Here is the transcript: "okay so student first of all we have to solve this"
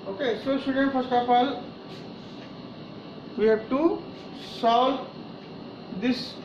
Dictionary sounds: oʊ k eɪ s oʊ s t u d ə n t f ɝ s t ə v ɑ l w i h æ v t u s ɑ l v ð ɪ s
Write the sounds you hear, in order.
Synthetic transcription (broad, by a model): oʊ k eɪ s oʊ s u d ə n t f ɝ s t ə p ɑ l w i h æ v t u s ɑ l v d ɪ s